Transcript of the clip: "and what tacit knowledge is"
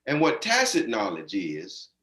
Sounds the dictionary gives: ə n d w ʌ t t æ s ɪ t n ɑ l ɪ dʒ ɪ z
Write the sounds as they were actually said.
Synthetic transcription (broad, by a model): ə n w ʌ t t æ s ɪ t n ɑ l ɪ dʒ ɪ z